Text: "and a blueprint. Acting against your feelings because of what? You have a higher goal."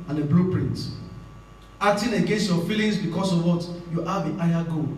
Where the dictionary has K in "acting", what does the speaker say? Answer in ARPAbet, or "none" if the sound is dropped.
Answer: none